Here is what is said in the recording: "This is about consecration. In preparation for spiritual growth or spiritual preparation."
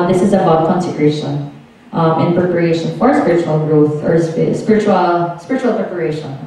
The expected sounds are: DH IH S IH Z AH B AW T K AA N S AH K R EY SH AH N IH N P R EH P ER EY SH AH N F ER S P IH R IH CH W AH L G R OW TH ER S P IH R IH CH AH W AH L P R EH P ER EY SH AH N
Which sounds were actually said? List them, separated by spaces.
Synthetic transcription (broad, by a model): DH IH S IH Z AH B AW T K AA N S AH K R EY SH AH N IH N P R EH P ER EY SH AH N F ER S P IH R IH CH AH L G R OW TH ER S P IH R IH CH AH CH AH L P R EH P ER EY SH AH N